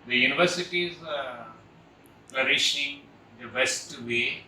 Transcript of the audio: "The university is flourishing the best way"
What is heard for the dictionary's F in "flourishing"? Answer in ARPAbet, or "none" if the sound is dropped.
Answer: P